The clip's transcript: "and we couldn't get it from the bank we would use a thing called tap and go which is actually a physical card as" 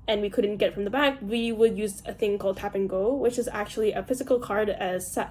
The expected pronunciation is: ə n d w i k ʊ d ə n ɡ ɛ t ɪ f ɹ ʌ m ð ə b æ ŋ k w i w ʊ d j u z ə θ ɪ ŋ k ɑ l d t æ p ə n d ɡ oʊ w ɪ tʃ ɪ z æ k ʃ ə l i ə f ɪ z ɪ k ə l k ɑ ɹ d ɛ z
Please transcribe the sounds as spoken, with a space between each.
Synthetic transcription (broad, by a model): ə n w i k ʊ d n ɡ ɛ t f ɹ ʌ m ð ə b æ k w i w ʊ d j u z ə θ ɪ ŋ k ɑ l d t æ p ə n ɡ oʊ w ɪ tʃ ɪ z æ k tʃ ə l i ə f ɪ z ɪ k l k ɑ ɹ d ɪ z